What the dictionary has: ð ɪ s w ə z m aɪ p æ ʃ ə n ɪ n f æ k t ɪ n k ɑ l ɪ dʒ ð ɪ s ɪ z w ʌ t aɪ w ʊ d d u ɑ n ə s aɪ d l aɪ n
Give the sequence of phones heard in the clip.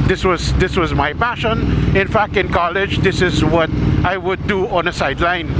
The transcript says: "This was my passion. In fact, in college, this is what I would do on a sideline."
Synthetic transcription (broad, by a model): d ɪ s w ə z m aɪ p æ ʃ ə n ɪ n f æ k t ɪ n k ɑ l ɪ dʒ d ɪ s ɪ z w ʌ t aɪ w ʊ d d u ɑ n ə s aɪ d l aɪ n